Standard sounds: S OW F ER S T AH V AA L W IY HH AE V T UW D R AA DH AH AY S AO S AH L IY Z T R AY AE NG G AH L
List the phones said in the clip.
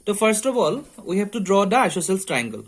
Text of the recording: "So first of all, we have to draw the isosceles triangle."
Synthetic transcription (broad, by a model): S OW F ER S T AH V AA L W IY HH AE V T UW D R AA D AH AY SH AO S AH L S T R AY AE NG G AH L